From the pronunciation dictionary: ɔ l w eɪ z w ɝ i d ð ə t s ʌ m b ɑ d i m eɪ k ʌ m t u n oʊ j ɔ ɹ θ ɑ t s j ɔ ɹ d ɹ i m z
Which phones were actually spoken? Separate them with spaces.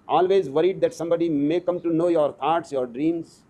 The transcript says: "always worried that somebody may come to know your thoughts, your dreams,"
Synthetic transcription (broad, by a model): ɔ l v eɪ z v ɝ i d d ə t s ʌ m b ɑ d i m eɪ k ʌ m t u n oʊ j ɔ ɹ t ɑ t s j ɔ ɹ d ɹ i m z